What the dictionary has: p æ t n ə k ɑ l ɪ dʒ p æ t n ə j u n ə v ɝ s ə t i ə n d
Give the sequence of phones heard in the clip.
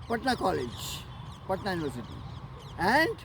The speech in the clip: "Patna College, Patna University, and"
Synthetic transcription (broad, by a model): p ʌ t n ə k ɑ l ɪ dʒ p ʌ t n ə j u n ə v ɝ s ə t i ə n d